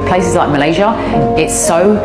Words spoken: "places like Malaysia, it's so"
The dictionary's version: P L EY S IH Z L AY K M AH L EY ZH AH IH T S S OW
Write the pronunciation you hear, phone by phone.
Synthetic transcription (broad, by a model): P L EY S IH Z L AY K M AH L EY ZH AH IH T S S OW